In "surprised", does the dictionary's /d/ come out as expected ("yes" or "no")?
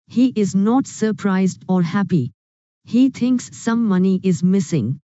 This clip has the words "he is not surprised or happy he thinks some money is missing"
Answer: yes